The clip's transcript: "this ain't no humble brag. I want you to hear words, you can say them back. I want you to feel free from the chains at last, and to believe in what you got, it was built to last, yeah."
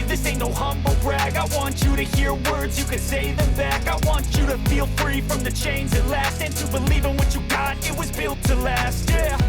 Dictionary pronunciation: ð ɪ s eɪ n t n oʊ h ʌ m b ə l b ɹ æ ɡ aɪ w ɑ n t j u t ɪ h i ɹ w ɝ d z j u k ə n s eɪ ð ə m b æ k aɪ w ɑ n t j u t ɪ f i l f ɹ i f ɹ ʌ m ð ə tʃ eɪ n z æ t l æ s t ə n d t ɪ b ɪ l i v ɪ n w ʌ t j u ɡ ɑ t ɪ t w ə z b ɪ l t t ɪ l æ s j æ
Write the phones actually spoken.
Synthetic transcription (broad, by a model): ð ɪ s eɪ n n oʊ h ʌ m b l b ɹ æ ɡ aɪ w ɑ n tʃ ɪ t ɪ h i ɹ w ɝ d z j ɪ k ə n s eɪ ð ə m b æ k aɪ w ɑ n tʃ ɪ t ɪ f i l f ɹ i f ɹ ʌ m ð ə tʃ eɪ n z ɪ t l æ s t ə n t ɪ b ɪ l i v ɪ n w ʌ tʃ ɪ ɡ ɑ t ɪ t w ə z b ɪ l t t ɪ l æ s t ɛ